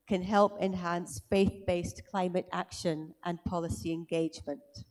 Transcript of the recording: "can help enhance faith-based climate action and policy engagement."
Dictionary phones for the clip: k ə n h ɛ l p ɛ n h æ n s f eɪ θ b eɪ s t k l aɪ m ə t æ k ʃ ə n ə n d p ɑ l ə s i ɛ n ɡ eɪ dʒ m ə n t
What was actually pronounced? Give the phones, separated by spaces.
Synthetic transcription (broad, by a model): k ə n h ɛ l p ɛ n h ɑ n s f eɪ θ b eɪ s k l aɪ m ə t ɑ k ʃ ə n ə n p ɑ l ə s i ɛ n ɡ eɪ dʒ m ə n t